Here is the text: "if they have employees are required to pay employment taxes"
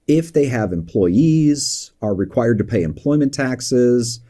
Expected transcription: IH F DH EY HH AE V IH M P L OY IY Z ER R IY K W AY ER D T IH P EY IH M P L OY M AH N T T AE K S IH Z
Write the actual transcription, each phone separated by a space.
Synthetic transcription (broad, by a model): IH F DH EY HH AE V IH M P L OY IY Z ER R IY K W AY ER D T IH P EY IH M P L OY M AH N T T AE K S IH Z